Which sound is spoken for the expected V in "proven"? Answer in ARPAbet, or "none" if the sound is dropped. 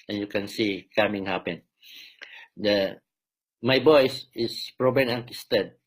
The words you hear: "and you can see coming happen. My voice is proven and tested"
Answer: B